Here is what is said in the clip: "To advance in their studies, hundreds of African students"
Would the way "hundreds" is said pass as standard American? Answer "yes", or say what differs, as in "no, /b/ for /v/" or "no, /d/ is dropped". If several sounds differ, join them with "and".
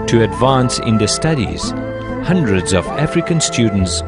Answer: yes